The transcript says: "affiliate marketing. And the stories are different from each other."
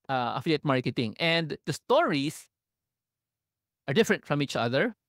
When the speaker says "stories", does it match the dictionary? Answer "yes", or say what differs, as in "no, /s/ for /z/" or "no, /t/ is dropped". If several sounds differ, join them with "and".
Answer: no, /s/ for /z/